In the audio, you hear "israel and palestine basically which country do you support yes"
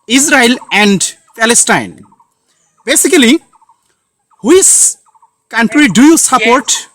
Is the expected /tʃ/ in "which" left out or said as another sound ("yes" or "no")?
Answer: yes